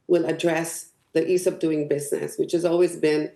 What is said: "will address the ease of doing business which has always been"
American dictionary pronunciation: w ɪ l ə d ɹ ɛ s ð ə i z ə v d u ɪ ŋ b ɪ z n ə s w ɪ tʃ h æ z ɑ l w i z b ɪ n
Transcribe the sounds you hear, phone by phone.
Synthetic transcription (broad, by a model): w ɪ l ə d ɹ ɛ s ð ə i s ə p d u ɪ ŋ b ɪ z n ə s w ɪ tʃ h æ z ɑ l w i z b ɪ n